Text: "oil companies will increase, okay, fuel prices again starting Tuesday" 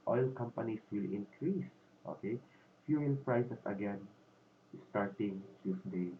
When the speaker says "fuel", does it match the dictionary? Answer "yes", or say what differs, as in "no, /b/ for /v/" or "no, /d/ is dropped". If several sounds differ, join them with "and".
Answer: no, /n/ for /l/